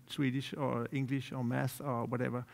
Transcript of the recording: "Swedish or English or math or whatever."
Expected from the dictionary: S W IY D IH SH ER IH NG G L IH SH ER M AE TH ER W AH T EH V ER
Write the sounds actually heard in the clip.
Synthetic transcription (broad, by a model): S W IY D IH SH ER IH NG G L IH SH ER M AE S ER W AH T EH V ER